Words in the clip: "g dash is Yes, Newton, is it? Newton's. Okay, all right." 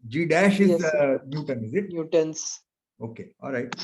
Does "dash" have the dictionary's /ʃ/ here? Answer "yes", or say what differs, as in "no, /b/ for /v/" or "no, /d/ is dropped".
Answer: yes